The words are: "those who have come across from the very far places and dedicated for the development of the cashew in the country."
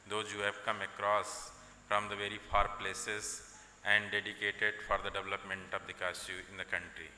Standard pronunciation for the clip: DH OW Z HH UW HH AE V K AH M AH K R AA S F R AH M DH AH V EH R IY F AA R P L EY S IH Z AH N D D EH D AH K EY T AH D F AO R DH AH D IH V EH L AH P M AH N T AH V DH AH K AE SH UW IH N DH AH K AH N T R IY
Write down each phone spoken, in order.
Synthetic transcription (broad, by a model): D OW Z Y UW HH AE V K AH M AH K R AA S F R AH M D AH V EH R IY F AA R P L EY S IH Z AH N D D EH D AH K EY T AH D F AO R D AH D IH V EH L AH P M AH N T AH V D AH K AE S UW IH N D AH K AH N T R IY